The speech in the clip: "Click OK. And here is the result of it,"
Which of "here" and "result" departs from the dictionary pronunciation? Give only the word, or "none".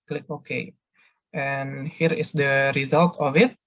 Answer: none